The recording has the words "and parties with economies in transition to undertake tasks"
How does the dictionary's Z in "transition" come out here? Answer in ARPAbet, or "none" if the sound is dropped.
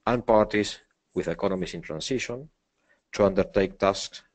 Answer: S